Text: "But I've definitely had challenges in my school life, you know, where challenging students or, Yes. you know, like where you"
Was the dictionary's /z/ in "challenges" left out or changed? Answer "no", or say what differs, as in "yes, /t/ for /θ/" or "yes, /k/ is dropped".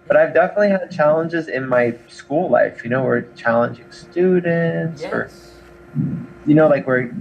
no